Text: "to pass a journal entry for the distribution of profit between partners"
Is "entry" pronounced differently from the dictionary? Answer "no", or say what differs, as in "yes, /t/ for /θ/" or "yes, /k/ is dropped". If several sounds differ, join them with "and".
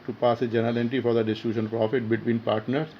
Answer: yes, /ɹ/ is dropped